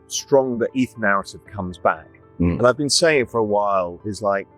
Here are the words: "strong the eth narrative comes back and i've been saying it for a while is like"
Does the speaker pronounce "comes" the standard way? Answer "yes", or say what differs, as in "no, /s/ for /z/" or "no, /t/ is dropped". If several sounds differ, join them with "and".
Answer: yes